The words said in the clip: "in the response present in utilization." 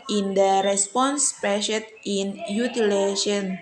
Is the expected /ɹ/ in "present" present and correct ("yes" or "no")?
no